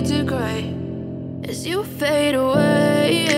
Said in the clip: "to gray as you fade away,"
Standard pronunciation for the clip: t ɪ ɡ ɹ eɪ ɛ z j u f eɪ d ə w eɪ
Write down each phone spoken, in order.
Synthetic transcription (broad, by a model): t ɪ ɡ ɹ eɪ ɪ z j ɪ f eɪ d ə w eɪ